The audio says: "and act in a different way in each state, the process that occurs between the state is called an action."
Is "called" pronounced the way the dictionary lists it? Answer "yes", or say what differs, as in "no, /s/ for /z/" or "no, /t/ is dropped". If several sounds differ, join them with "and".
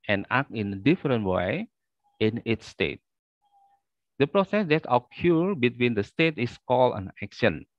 no, /d/ is dropped